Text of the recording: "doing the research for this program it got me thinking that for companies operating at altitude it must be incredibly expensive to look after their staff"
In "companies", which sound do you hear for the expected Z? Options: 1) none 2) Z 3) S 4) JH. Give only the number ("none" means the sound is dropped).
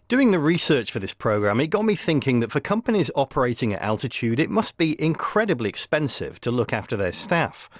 2